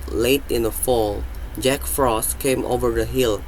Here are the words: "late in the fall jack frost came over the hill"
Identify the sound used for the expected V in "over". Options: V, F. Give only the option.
V